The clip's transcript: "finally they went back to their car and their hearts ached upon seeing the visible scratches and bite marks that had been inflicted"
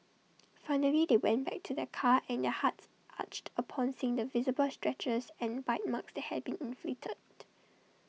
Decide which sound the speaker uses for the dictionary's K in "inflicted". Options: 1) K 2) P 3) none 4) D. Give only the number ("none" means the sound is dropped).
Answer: 3